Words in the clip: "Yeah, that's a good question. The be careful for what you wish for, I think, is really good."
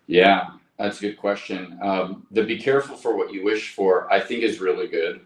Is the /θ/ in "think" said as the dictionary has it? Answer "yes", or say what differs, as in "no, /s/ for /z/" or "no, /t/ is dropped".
yes